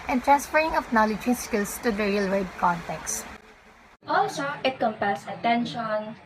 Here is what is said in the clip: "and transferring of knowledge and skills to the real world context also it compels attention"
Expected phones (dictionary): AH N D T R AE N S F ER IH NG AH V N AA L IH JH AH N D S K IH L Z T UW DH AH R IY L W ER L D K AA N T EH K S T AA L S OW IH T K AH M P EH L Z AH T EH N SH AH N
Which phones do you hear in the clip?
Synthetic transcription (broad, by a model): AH N T R AE N S F ER IH NG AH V N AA L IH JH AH S K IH L S T UW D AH R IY L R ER D K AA N T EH K S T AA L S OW IH T K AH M P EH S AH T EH N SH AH N